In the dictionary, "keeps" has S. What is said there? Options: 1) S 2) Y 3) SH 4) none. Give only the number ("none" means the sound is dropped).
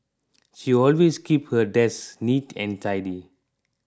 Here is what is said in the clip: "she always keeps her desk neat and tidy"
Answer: 4